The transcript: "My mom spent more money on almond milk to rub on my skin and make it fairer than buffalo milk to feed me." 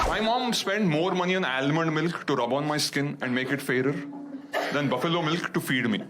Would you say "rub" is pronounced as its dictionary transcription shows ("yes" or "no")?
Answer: yes